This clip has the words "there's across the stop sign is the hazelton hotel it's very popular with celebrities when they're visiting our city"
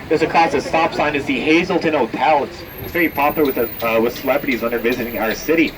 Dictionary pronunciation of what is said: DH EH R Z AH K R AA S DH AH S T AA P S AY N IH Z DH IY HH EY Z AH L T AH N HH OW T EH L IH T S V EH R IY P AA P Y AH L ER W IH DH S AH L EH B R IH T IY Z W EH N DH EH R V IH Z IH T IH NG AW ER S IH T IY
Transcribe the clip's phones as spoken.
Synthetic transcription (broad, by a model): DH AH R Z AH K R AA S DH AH S T AA P S AY N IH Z DH IY HH EY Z L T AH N OW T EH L IH T S V EH R IY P AA P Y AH W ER W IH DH S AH L EH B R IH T IY Z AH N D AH R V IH Z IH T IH NG AW ER S IH T IY